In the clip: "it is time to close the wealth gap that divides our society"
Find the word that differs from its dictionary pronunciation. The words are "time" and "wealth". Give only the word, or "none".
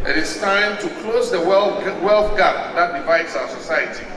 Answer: none